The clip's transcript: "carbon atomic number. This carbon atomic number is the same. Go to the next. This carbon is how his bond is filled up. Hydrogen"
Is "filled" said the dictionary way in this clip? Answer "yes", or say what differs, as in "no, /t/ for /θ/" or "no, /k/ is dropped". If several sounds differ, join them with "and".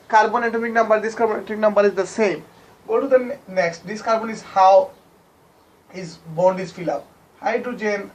no, /d/ is dropped